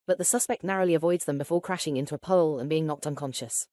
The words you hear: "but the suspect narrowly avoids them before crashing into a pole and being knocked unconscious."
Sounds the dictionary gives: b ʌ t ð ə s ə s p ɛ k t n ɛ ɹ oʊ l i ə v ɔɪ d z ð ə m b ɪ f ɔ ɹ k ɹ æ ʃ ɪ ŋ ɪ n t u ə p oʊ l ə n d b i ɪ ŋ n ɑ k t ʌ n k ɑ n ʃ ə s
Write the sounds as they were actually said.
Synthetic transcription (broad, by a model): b ʌ t ð ə s ə s p ɛ k t n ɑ ɹ oʊ l i ə v ɔɪ d z ð ə m b ɪ f ɔ k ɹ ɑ ʃ ɪ ŋ ɪ n t u ə p oʊ l ə n b i ɪ ŋ n ɑ k t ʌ n k ɑ n ʃ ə s